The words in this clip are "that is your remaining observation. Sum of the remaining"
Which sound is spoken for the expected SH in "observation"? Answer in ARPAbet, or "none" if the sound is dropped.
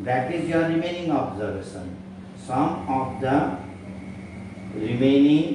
S